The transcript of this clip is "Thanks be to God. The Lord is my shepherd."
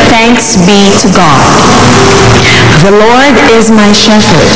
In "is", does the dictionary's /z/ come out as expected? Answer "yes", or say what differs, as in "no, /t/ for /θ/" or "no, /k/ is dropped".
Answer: yes